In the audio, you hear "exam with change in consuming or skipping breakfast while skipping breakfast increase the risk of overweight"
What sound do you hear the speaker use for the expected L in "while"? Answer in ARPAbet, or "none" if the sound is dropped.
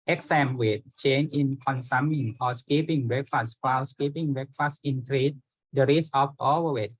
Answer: W